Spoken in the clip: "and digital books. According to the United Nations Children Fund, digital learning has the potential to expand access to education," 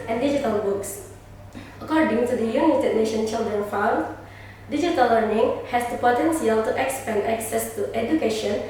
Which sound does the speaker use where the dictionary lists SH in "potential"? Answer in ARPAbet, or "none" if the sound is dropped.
S